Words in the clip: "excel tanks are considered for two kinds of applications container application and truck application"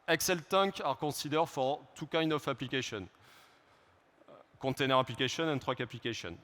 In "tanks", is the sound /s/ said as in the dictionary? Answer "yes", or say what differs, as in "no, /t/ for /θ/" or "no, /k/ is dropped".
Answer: no, /s/ is dropped